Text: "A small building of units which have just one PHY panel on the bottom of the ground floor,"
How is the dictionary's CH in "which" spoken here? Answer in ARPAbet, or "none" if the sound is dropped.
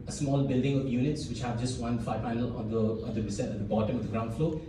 CH